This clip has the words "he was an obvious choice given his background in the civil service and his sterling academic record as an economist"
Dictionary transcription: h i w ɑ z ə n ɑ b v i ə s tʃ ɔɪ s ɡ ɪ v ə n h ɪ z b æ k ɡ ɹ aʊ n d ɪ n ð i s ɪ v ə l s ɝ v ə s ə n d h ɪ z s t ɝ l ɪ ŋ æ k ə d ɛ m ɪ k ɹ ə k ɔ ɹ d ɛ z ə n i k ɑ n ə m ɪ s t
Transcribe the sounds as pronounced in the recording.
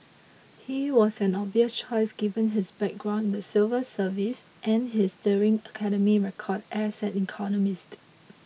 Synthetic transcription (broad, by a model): h i w ɑ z ə n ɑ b i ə s tʃ ɔɪ s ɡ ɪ v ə n h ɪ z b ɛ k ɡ ɹ aʊ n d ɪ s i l v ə s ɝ v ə s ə n h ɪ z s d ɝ ɪ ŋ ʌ k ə d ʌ m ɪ ɹ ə k ɔ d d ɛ s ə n i k ɑ n ə m ɪ s t